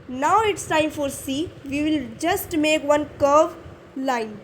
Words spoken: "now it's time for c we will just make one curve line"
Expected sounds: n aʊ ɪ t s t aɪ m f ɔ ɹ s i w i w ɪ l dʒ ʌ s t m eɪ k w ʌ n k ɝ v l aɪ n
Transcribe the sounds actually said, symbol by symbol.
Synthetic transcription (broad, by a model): n aʊ ɪ t s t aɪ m f ɔ ɹ s i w i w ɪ l dʒ ʌ s t m eɪ k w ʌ n k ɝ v l aɪ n